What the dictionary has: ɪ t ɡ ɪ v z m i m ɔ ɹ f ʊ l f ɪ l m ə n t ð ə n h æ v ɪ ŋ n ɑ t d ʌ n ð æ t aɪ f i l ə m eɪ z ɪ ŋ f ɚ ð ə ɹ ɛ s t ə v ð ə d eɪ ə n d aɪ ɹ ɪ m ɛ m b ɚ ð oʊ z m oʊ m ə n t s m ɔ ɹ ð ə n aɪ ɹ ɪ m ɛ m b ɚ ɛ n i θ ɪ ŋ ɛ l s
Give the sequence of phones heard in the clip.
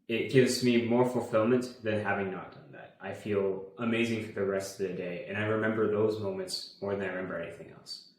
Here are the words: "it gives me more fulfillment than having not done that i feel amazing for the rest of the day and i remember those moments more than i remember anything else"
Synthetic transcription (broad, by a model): ɪ t ɡ ɪ v z m i m ɔ ɹ f l f ɪ l m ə n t ð ə n h æ v ɪ ŋ n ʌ t d ʌ n ð æ t aɪ f i l ə m eɪ z ɪ ŋ f ɚ ð ə ɹ ɛ s t ə v ð ə d eɪ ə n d aɪ ɹ ɪ m ɛ m b ɚ ð oʊ z m oʊ m ə n t s m ɔ ɹ ð ə n aɪ ɹ ɪ m ɛ m b ɚ ɛ n i θ ɪ ŋ ɛ l s